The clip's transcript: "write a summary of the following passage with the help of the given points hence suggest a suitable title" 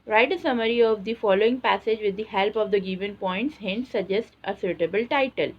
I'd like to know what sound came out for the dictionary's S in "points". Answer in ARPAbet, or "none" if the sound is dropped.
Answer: S